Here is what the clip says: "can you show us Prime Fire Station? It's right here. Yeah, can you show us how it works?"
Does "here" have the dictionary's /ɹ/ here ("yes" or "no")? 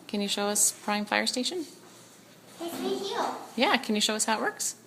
no